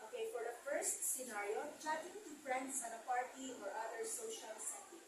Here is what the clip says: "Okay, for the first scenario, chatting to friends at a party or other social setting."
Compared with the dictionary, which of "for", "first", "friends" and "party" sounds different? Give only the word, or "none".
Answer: friends